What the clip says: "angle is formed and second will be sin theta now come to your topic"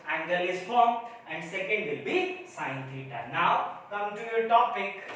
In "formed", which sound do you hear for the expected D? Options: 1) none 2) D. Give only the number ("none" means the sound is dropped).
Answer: 1